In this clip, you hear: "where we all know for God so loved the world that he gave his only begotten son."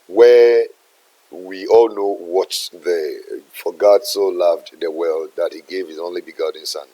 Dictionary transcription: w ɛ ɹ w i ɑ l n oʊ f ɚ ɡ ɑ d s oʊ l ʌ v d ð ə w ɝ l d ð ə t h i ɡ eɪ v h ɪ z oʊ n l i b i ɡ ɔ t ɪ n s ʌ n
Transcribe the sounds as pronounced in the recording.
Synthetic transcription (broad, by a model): w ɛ w i ɑ l n oʊ f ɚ ɡ ɑ d s oʊ l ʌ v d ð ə w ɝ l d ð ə t h i ɡ eɪ v h ɪ z oʊ n l i b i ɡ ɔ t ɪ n s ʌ n